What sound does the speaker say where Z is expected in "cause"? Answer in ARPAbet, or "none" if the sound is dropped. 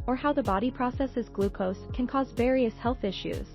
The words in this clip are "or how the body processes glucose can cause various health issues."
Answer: Z